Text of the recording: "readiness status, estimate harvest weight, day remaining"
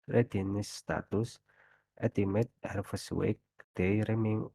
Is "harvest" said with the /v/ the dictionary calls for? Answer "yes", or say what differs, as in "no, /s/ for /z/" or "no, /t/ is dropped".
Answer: no, /f/ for /v/